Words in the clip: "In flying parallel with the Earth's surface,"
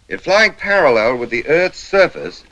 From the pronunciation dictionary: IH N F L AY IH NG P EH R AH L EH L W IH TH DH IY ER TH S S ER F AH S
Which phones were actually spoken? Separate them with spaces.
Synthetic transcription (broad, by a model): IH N F L AY IH NG P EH R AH L EH L W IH DH IY ER TH S S ER F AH S